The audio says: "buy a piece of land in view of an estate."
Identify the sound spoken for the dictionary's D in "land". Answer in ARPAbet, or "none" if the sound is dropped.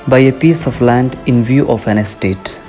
D